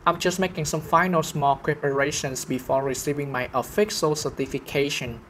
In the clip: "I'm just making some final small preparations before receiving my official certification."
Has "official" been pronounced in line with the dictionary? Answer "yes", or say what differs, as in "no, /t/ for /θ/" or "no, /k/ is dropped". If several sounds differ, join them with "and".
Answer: no, /s/ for /ʃ/